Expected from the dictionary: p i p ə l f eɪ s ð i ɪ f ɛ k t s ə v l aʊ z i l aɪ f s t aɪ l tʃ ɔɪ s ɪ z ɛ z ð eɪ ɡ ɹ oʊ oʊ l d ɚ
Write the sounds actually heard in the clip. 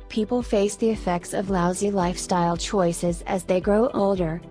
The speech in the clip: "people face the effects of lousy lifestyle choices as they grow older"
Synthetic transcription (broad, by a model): p i p l f eɪ s ð i ɪ f ɛ k t s ə v l aʊ z i l aɪ f s t aɪ l tʃ ɔɪ s ɪ z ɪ z ð eɪ ɡ ɹ oʊ oʊ l d ɚ